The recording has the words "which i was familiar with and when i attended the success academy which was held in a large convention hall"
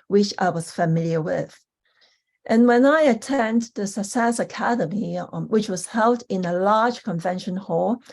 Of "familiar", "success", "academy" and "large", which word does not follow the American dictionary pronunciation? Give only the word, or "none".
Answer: success